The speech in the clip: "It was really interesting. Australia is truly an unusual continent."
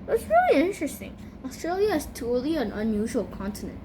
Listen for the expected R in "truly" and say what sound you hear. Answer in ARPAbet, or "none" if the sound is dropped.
none